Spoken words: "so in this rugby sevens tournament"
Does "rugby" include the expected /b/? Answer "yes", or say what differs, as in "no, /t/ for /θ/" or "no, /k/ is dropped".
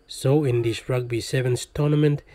yes